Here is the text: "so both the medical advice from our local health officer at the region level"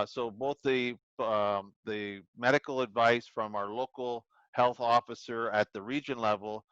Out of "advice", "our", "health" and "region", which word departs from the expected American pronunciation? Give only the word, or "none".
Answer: none